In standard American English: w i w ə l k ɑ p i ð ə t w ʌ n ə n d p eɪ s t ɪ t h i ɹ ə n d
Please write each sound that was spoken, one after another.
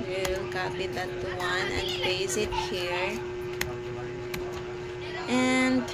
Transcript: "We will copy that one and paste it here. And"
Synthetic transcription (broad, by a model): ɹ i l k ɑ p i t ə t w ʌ n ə n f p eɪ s ɪ t h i ɹ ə n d